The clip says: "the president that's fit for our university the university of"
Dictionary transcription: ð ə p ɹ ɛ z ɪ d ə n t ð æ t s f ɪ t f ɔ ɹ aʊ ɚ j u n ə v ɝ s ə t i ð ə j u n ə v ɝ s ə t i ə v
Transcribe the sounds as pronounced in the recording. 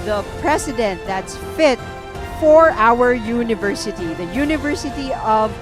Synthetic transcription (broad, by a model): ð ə p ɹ ɛ s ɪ d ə n t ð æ t s f ɪ t f ɔ ɹ aʊ ɚ j u n ə v ɝ s ə t i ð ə j u n ə v ɝ s ə t i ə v